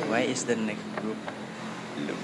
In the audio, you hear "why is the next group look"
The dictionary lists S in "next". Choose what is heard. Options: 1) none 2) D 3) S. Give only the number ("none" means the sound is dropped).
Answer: 1